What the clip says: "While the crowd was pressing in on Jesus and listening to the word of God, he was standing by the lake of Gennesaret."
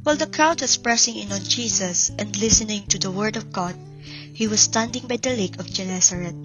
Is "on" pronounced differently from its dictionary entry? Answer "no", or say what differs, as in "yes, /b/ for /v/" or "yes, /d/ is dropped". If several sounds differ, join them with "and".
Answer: yes, /l/ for /n/